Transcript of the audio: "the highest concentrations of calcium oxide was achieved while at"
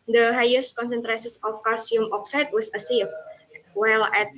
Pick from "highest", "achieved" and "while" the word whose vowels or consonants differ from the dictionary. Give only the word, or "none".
achieved